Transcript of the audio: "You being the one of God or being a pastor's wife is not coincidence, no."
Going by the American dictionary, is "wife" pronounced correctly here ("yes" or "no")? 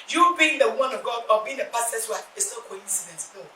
no